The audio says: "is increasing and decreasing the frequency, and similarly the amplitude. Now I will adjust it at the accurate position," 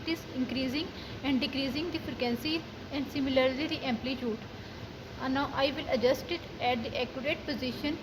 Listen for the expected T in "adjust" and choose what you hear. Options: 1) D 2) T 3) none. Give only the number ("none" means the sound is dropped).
2